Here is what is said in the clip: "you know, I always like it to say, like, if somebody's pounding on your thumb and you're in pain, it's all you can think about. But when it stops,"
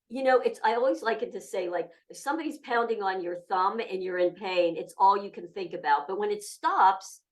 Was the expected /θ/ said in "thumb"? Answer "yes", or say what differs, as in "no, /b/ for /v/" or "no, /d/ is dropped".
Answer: yes